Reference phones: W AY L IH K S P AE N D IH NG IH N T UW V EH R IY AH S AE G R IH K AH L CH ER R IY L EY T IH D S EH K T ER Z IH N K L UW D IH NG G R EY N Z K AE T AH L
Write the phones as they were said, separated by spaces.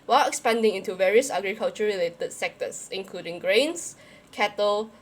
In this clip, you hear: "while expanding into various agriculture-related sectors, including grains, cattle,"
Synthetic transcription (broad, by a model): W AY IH K S P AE N D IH NG IH N T UW V EH R IY AH S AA G R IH K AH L CH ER R IY L EY T IH D S EH K T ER S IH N K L UW D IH NG G R EY N S K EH T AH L